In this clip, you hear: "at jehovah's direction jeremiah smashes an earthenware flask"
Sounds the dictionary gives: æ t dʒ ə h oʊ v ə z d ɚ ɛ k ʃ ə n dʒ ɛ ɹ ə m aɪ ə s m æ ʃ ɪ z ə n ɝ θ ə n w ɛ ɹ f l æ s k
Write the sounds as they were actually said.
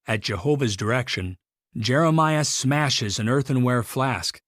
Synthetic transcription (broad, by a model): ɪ t dʒ ə h oʊ v ə z d ɚ ɛ k ʃ ə n dʒ ɛ ɹ ə m aɪ ə s m æ ʃ ɪ z ə n ɝ θ ə n w ɛ ɹ f l æ s k